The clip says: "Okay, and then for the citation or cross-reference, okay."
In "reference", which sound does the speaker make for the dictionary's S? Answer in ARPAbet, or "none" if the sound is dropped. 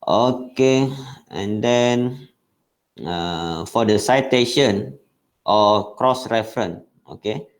none